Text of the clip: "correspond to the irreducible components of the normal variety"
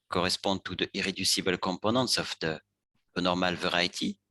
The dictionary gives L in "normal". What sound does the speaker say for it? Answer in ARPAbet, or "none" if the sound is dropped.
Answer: L